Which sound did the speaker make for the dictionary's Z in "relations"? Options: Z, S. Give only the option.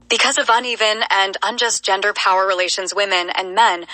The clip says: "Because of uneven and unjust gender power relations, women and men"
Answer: Z